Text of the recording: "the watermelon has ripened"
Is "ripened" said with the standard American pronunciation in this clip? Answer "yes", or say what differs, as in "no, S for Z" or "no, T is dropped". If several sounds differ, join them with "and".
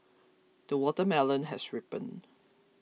no, D is dropped